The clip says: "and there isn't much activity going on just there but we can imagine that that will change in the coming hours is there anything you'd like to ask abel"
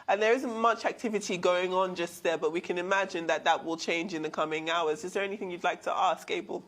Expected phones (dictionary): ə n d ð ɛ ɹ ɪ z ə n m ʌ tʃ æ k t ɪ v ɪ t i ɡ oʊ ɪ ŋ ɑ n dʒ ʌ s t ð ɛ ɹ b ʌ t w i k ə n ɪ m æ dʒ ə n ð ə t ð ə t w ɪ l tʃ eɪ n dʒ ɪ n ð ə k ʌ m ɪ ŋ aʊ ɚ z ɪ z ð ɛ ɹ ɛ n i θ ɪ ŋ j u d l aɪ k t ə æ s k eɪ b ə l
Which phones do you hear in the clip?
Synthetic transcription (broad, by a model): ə n ð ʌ ɹ ɪ z ə n m ʌ tʃ æ k t ɪ v ɪ t i ɡ oʊ ɪ ŋ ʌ n dʒ ʌ s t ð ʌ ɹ b ʌ t w i k ə n ɪ m æ dʒ ə n ð ə t ð ə t w ɪ l tʃ eɪ n dʒ ɪ n ð ə k ʌ m ɪ ŋ aʊ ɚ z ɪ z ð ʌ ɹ ɛ n i θ ɪ ŋ j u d l aɪ k t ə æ s k eɪ b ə l